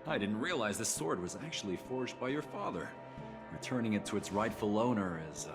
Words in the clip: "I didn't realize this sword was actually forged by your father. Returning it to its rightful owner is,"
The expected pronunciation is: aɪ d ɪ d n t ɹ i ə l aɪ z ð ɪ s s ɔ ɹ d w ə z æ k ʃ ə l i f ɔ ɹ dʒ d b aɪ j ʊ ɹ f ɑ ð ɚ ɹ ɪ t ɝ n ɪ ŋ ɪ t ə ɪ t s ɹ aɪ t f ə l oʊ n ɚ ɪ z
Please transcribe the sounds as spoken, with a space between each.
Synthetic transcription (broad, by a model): aɪ d ɪ d n t ɹ i ə l aɪ z ð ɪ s s ɔ ɹ d w ə z æ k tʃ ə l i f ɔ ɹ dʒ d b aɪ j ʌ ɹ f ɑ ð ɚ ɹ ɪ t ɝ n ɪ ŋ ɪ t ə ɪ t s ɹ aɪ t f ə l oʊ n ɚ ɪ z